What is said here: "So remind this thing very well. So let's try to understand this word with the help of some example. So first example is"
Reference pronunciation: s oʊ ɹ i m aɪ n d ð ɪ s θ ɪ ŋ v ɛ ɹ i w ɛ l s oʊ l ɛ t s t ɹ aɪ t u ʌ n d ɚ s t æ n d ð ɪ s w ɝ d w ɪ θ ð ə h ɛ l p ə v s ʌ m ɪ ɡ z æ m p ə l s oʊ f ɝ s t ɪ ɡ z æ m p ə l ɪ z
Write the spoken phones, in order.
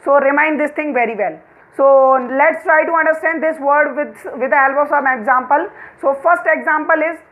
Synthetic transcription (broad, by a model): s oʊ ɹ i m aɪ n d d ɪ s t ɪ ŋ v ɛ ɹ i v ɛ l s oʊ l ɛ t s t ɹ aɪ t u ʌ n d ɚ s t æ n d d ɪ s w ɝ d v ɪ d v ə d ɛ l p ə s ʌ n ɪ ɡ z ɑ m p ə l s oʊ f ɝ s t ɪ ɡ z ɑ m p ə l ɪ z